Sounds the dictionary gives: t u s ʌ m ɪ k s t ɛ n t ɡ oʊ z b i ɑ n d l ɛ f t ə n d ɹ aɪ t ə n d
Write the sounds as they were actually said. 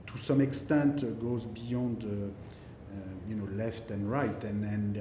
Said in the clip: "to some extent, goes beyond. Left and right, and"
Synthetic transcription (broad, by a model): t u s ʌ m ɪ k s t ɛ n t ɡ oʊ z b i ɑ n d l ɛ f t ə n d ɹ aɪ t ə n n